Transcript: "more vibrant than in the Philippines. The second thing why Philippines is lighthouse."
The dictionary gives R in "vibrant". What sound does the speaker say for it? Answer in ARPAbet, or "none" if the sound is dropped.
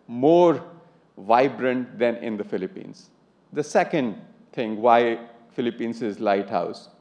R